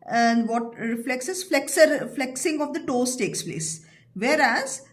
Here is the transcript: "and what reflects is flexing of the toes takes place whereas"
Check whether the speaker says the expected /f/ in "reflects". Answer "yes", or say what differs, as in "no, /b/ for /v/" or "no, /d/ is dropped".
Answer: yes